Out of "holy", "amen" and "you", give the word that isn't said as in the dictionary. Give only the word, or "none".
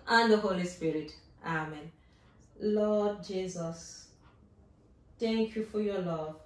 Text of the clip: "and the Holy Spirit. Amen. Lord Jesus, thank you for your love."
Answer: none